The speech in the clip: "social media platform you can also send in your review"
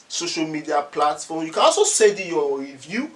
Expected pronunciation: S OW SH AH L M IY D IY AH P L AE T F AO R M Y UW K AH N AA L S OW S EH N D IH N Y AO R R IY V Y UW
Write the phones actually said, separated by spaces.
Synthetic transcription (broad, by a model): S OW SH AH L M IY D IY AH P L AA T F AO M Y UW K AH N AA L S OW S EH D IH Y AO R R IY V Y UW